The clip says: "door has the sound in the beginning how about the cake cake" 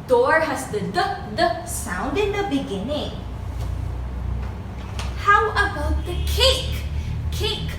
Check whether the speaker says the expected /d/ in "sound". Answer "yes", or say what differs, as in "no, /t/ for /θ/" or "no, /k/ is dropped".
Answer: yes